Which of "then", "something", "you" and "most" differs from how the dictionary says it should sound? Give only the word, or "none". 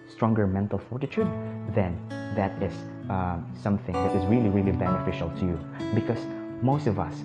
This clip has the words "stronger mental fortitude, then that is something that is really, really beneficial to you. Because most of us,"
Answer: none